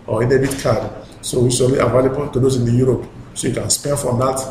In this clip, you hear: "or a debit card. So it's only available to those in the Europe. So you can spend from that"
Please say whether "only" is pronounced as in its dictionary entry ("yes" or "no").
no